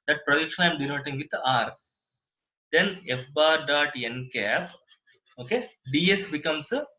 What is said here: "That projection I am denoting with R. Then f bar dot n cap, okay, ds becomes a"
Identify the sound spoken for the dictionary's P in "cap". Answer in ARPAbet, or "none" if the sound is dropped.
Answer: P